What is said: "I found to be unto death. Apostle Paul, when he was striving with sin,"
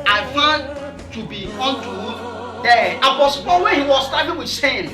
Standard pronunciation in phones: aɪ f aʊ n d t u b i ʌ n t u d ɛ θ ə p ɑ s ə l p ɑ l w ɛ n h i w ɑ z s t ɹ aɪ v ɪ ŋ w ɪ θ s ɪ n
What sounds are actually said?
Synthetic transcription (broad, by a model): aɪ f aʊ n t u b i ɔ n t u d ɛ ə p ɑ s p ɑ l w ɛ n h i w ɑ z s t aɪ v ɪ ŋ w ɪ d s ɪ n